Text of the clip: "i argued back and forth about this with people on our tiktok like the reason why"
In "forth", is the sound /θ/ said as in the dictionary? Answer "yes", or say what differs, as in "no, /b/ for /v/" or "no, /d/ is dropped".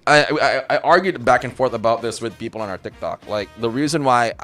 yes